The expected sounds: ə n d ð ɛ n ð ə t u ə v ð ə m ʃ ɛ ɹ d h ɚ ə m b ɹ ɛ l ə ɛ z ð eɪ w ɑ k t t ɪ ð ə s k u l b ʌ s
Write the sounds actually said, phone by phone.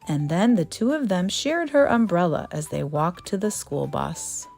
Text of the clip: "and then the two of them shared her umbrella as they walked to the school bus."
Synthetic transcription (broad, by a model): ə n ð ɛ n ð ə t u ə v ð ə m ʃ ɛ ɹ d h ɚ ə m b ɹ ɛ l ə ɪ z ð eɪ w ɑ k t t ɪ ð ə s k u l b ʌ s